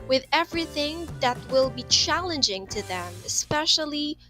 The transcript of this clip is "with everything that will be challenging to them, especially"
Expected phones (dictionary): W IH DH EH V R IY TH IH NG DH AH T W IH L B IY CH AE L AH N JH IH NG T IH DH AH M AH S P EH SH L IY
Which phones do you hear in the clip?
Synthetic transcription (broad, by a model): W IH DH EH V R IY TH IH NG DH AH T W IH L B IY CH AE L AH N JH IH NG T IH DH AH M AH S P EH SH L IY